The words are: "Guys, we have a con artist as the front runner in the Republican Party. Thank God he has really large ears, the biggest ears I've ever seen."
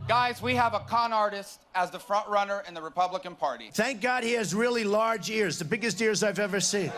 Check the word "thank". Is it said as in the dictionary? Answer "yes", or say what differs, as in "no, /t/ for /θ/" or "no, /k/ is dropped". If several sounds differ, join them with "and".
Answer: yes